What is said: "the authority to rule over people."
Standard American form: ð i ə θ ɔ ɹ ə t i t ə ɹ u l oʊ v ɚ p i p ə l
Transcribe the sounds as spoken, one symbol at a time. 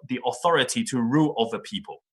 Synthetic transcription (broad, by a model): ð i ə θ ɔ ɹ ə t i t ə ɹ u l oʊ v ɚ p i p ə l